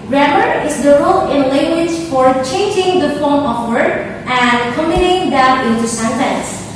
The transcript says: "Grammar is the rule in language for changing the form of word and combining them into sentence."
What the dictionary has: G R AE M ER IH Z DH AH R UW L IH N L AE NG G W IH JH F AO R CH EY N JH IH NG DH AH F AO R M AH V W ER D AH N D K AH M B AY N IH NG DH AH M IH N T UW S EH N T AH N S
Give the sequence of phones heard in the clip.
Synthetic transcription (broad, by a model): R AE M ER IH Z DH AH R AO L IH N L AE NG G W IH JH F AO R CH EY N JH IH NG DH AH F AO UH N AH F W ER AH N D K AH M IH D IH NG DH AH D IH N T UW S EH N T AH N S